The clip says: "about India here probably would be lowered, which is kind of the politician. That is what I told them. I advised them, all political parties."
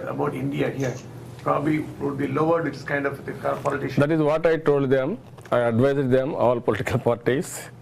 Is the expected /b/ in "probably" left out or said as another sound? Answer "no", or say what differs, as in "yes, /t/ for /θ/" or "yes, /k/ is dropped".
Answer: no